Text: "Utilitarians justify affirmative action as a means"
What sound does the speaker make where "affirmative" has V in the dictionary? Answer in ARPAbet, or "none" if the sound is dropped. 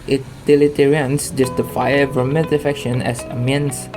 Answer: F